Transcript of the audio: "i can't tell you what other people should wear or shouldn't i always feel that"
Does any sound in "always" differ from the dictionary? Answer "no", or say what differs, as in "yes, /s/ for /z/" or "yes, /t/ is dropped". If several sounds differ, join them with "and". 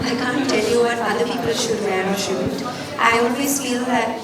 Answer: yes, /n/ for /l/